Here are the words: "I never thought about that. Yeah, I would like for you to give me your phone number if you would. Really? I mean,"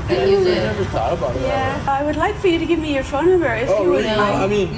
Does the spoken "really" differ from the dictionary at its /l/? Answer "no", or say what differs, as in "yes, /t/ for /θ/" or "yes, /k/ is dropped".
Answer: yes, /l/ is dropped